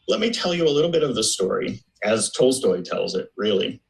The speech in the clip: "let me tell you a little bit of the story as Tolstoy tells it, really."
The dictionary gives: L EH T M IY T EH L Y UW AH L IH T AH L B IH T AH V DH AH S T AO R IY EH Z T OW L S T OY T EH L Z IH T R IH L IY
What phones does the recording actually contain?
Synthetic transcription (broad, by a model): L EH T M IY T EH L Y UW AH L IH T L B IH T AH V DH AH S T AO R IY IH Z T OW L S T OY T EH L Z IH T R IH L IY